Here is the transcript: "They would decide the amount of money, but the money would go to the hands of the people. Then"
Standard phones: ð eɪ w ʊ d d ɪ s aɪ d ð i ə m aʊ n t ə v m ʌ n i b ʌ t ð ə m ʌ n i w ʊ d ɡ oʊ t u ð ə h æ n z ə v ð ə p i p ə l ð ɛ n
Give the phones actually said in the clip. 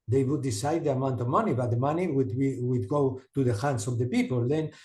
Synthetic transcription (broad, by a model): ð eɪ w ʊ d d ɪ s aɪ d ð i ə m aʊ n t ə v m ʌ n i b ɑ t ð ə m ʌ n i w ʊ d ɡ oʊ t u ð ə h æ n s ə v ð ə p i p ə l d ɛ n